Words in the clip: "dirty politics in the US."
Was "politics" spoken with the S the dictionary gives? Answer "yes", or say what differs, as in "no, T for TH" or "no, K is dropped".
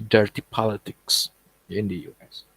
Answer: yes